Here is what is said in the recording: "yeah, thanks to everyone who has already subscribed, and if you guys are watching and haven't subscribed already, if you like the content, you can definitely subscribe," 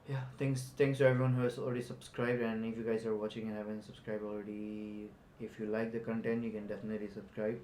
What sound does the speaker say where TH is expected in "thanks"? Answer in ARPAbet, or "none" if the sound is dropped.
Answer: S